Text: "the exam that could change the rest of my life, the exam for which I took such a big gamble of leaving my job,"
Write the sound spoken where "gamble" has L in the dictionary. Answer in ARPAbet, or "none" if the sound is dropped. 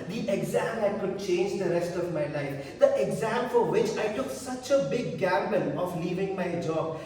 N